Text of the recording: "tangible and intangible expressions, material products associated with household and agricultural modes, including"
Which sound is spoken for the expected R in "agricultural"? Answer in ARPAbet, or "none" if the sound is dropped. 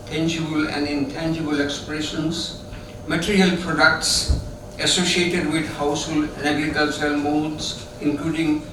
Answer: none